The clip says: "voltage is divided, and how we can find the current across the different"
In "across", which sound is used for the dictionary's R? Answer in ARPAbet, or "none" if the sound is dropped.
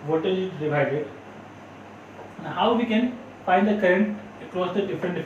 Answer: R